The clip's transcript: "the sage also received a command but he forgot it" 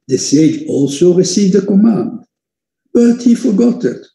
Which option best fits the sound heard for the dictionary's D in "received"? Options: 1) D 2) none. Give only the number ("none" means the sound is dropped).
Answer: 1